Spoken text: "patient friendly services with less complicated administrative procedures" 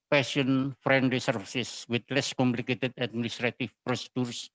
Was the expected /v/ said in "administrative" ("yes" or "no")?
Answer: no